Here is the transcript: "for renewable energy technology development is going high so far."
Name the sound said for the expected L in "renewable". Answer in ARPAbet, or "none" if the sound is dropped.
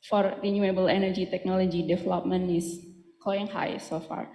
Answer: L